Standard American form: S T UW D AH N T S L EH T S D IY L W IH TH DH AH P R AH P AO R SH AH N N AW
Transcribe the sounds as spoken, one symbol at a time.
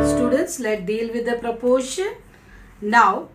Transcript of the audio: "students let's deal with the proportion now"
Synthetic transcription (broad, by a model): S T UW D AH N T S L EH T D IY L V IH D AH P R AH P AO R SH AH N N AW